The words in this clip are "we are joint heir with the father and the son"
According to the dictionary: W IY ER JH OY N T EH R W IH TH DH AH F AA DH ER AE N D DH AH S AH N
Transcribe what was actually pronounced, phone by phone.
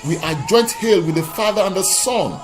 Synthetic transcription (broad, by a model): W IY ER JH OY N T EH L W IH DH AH F AA DH ER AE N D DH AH S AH N